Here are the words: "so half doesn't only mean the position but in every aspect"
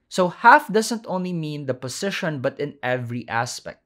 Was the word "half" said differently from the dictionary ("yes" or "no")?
no